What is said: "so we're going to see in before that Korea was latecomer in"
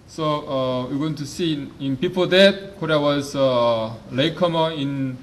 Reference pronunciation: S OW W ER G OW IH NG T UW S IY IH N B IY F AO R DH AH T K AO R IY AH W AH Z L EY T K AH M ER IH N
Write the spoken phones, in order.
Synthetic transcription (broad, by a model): S OW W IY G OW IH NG T UW S IY IH N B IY P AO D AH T K AO R IY AH W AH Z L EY K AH M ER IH N